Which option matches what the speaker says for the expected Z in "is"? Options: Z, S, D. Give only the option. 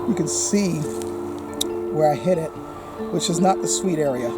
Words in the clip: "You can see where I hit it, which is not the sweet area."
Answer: Z